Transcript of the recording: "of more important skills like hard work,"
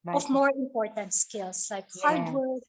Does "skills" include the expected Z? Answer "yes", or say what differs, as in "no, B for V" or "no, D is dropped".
no, S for Z